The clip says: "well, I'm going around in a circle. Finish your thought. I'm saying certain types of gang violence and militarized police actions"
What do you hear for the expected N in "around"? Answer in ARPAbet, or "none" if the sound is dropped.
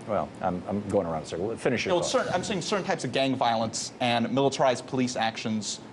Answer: none